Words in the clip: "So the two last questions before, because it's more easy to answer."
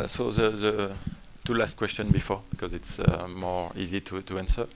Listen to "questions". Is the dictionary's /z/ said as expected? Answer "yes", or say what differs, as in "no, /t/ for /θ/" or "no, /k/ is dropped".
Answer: no, /z/ is dropped